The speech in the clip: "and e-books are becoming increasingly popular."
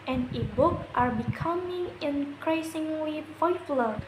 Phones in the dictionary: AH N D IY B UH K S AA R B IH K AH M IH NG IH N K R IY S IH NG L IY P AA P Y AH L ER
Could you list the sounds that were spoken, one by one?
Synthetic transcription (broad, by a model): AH N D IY B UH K AA R B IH K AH M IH NG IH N K R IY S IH NG L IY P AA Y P L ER